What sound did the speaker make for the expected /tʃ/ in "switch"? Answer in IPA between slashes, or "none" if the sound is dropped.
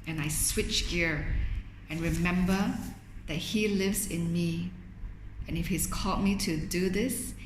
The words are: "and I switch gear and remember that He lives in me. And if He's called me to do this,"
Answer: /tʃ/